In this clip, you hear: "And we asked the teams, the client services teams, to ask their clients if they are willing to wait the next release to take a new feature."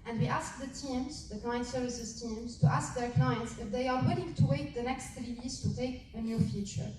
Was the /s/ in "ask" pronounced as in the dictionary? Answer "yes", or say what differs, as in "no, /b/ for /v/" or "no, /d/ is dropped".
yes